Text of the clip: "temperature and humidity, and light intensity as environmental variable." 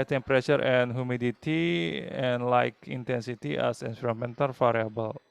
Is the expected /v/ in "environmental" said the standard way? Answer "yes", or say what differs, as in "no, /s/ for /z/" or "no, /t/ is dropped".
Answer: no, /p/ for /v/